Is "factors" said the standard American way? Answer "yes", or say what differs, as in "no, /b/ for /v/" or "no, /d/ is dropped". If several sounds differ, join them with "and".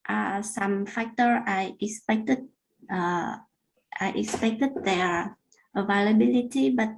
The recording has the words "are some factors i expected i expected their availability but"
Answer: no, /z/ is dropped